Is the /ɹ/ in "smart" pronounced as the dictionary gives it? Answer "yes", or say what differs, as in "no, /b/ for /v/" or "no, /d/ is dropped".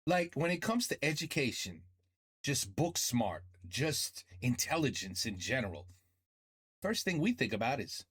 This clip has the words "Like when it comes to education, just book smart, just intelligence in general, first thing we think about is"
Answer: yes